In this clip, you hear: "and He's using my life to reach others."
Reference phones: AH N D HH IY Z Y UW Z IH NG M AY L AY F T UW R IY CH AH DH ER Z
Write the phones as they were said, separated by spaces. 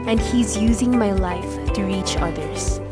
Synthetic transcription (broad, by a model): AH N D HH IY Z Y UW Z IH NG M AY L AY F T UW R IY CH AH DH ER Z